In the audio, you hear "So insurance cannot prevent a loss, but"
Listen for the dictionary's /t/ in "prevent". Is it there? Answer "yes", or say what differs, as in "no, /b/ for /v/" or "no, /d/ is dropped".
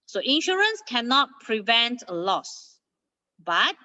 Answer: yes